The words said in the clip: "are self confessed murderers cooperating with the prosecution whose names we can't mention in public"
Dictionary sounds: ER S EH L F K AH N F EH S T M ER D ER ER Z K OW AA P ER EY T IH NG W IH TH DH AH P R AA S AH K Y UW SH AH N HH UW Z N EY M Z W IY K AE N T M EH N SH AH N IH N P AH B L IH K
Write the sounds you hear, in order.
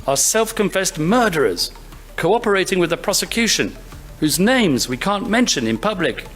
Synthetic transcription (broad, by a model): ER S EH L F K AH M F EH S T M ER D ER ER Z K OW AA P ER EY T IH NG W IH DH AH P R AA S AH K Y UW SH AH N HH UW Z N EY M Z W IY K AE N M EH N SH AH N IH N P AH B L IH K